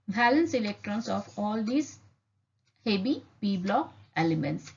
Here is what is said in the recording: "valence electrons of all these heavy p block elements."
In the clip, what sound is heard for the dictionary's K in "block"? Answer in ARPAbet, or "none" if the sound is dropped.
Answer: none